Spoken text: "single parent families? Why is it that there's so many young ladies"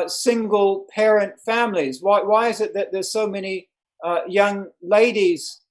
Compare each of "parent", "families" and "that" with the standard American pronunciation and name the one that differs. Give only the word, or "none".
none